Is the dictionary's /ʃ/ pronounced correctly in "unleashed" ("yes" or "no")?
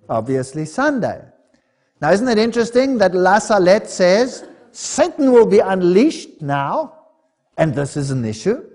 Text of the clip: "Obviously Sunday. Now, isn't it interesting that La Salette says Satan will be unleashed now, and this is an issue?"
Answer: yes